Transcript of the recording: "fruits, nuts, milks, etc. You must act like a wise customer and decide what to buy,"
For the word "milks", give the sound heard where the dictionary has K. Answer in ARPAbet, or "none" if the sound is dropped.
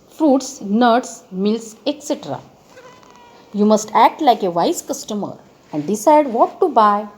none